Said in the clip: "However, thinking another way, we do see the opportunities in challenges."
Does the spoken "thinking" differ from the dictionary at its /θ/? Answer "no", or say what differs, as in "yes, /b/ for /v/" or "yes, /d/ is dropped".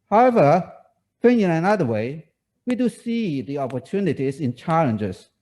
yes, /f/ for /θ/